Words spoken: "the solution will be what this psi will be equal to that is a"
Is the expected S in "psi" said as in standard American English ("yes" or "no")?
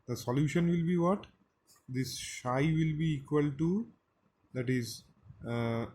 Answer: no